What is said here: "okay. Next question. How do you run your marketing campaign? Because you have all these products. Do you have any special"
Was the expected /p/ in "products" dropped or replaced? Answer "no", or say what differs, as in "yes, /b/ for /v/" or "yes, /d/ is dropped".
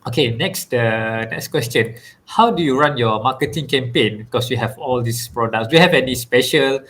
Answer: no